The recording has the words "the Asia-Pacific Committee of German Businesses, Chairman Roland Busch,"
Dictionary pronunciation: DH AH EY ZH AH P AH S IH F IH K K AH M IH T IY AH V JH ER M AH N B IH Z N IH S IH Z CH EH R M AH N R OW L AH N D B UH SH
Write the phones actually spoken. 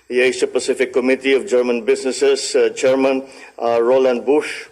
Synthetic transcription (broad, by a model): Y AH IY S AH P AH S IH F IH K K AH M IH T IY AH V JH ER M AH N B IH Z N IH S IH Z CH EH R M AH N R OW L AH N D B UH SH